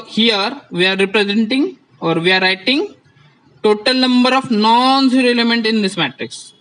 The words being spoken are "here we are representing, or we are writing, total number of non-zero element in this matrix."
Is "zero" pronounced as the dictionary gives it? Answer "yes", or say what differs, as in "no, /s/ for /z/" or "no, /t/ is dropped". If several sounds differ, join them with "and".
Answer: no, /s/ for /z/